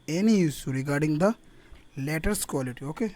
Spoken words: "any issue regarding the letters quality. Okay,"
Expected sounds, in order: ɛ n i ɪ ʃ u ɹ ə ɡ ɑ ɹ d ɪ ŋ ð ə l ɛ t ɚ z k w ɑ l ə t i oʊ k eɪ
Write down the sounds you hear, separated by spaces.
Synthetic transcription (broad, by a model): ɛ n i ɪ s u ɹ ə ɡ ɑ ɹ d ɪ ŋ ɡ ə l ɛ t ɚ s k w ɑ l ə t i oʊ k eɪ